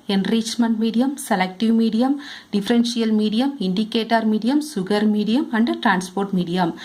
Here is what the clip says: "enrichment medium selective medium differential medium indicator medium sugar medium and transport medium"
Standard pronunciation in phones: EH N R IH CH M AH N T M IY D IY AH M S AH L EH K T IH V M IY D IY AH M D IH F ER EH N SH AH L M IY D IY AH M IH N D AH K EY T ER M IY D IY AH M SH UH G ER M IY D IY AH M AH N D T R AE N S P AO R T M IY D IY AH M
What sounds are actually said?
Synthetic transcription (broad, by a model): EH N R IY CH M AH N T M IY D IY AH M S AH L EH K T IH V M IY D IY AH M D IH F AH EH N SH AH L M IY D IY AH M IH N D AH K EY T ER M IY D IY AH M S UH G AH M IY D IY AH M AH N D T R AE N S P AO R T M IY D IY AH M